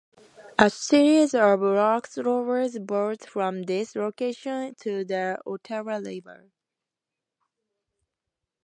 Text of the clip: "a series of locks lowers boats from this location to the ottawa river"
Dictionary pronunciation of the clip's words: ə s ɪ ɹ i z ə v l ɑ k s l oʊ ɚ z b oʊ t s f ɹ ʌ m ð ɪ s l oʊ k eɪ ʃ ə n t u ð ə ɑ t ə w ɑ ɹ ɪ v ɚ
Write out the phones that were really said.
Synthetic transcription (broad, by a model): ə s ɪ ɹ i z ə v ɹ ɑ k s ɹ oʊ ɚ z b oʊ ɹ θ f ɹ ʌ m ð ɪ s l oʊ k eɪ ʃ ə n t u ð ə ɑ t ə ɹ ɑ l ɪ b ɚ